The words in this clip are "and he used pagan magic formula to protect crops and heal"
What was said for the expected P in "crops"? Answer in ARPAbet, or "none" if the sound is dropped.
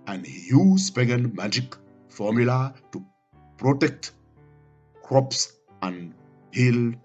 P